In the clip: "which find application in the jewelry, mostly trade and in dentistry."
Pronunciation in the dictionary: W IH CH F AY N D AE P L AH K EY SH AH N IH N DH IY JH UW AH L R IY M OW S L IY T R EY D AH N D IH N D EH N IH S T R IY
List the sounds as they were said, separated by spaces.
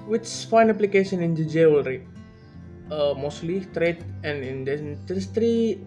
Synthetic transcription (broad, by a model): W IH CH F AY N AE P L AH K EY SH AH N IH N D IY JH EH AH L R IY M OW S L IY T R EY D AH N IH N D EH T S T R IY